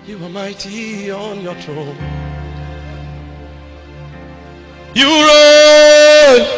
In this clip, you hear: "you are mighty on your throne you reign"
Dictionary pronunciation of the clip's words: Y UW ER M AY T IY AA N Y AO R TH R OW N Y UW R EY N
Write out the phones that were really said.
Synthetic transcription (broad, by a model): Y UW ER M AY T IY AA N Y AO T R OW L Y UW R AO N